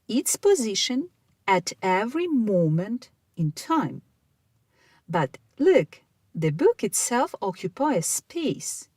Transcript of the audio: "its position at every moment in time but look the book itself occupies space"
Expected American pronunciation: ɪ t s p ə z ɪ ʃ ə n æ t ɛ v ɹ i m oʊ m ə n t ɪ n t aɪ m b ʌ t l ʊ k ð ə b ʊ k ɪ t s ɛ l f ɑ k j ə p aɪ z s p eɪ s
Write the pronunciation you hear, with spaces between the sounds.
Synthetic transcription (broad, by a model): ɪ t s p ə z ɪ ʃ ə n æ t ɛ v ɹ i m oʊ m ə n t ɪ n t aɪ m b ʌ t l ʊ k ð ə b ʊ k ɪ t s ɛ l f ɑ k j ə p aɪ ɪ s p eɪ s